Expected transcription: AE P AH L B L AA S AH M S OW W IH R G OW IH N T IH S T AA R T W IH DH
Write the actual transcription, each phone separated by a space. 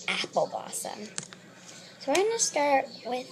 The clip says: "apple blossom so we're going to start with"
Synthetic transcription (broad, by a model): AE P L B AA S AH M S OW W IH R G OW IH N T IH S T AA R T W IH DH